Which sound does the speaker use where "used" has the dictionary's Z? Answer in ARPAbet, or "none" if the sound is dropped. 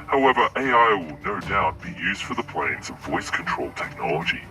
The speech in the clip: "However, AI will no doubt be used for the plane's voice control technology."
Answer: Z